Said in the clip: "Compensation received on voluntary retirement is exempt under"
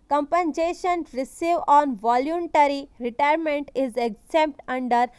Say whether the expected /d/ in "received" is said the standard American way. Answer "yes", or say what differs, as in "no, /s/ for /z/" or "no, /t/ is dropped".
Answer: no, /d/ is dropped